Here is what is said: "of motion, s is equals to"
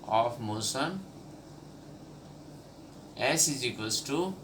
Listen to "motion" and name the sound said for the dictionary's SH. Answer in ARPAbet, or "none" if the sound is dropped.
S